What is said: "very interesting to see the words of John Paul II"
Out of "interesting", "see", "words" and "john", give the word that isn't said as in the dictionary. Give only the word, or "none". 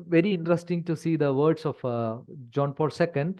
words